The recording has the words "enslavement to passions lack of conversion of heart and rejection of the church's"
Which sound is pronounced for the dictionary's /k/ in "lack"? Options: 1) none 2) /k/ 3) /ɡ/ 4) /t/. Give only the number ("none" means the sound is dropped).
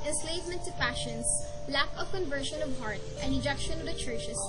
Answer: 2